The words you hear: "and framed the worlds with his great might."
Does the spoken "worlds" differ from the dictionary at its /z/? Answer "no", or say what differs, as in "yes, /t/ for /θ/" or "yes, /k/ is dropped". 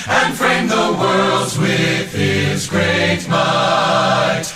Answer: no